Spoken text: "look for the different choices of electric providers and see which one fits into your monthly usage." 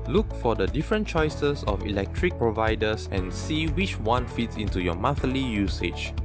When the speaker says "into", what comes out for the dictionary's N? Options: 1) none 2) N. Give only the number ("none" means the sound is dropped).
2